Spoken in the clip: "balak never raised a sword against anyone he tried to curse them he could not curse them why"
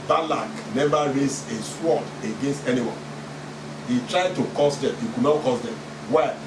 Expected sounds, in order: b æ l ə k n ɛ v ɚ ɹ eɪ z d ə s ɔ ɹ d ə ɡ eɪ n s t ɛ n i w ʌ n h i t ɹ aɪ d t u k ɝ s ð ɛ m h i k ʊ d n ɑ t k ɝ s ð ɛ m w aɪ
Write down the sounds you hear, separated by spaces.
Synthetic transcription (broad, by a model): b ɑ l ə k n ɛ v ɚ ɹ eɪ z ə s ɔ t ə ɡ eɪ n s t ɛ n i w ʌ n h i t ɹ aɪ d t u k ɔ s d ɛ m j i k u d n ɑ t k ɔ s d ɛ m w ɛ